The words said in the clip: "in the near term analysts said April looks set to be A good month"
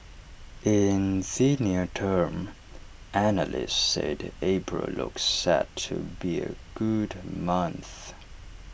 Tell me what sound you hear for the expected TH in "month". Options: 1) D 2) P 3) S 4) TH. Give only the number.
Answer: 4